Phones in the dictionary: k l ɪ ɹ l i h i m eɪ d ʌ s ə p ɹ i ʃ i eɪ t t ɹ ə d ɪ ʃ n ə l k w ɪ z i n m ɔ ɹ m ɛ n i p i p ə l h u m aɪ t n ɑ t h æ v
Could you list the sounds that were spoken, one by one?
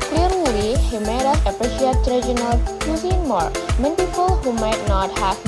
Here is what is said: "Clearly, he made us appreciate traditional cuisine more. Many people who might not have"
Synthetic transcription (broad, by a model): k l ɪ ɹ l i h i m eɪ d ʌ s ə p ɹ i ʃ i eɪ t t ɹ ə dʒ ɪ n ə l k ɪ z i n m ɔ ɹ m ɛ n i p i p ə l h u m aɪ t n ɑ t h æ